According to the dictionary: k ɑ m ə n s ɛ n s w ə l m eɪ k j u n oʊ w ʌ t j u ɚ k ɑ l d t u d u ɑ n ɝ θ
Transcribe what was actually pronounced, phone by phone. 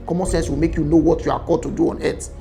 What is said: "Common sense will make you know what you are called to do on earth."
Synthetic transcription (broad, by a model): k ɑ m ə n s ɛ n s w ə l m eɪ k j u n oʊ w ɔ t j u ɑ k ɑ d t u d u ɑ n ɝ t